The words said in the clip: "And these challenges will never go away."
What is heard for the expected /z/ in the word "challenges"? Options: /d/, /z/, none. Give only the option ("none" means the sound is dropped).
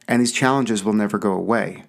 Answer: /z/